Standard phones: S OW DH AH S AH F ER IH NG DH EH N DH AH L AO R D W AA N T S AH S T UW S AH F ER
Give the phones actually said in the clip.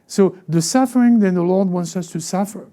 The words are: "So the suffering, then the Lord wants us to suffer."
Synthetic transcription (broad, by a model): S OW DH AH S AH F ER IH NG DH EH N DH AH L AO R D W AA N T S AH S T UW S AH F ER